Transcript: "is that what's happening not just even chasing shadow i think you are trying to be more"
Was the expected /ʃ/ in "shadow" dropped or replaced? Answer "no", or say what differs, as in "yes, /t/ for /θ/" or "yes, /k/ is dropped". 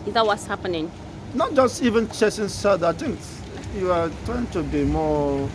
yes, /s/ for /ʃ/